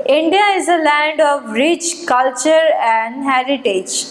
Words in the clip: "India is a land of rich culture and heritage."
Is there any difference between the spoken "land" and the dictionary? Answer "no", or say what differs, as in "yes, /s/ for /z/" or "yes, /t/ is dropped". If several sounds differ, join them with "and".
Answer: no